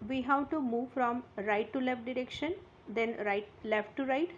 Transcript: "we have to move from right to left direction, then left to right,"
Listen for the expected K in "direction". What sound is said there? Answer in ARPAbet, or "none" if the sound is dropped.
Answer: K